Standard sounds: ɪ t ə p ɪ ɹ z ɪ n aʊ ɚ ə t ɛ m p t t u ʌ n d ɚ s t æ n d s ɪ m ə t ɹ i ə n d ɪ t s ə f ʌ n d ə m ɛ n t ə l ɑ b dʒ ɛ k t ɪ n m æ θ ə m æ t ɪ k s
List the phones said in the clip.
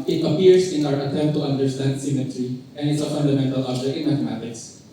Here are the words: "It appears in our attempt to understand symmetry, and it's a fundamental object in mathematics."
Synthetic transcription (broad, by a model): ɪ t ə p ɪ ɹ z ɪ n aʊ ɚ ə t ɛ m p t t u ʌ n d ɚ s t æ n d s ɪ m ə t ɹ i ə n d ɪ t s ə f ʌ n d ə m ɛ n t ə l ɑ dʒ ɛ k ɪ n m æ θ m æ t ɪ k s